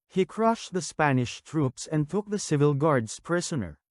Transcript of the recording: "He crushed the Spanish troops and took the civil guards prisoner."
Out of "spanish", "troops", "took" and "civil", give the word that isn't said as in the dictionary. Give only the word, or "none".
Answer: none